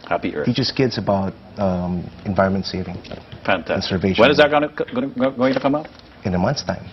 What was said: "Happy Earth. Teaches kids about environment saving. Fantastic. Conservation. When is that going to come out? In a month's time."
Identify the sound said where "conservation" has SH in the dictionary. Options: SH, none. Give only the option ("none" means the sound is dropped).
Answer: none